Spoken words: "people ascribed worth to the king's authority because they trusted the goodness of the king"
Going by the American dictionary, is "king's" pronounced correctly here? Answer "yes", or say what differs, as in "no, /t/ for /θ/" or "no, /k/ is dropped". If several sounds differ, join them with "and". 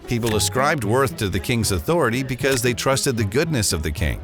yes